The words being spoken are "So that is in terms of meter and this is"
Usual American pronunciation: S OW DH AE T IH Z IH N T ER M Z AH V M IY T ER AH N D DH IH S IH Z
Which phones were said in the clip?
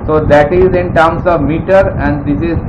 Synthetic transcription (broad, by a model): S OW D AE T IH Z IH N T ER M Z AH V M IY T ER AH N D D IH S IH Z